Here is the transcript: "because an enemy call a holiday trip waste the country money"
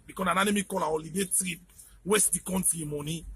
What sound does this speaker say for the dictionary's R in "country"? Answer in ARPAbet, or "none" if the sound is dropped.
none